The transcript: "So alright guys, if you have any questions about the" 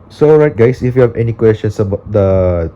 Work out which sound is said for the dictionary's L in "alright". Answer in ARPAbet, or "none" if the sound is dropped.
none